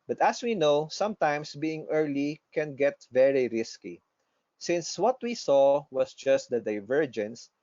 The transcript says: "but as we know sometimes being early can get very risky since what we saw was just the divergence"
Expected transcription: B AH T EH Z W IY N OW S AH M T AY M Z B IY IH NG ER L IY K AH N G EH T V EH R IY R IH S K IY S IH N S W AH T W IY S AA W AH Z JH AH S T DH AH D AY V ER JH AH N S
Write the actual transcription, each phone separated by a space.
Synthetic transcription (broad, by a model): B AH T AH S W IY N OW S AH M T AY M S B IY IH NG ER L IY K AH N G EH T V EH R IY R IH S K IY S IH N S W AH T W IY S AA W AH S JH AH S T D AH D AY V ER JH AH N S